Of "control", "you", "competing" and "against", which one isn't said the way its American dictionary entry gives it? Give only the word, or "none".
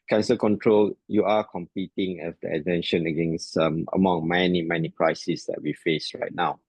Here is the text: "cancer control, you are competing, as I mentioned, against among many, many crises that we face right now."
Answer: none